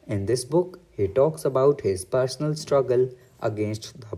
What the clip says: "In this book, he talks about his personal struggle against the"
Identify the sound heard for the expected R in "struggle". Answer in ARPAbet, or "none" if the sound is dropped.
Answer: R